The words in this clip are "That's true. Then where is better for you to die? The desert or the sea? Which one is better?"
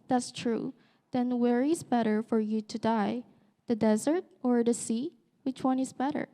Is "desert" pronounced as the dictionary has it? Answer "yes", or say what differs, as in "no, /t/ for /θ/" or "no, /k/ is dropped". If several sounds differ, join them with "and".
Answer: yes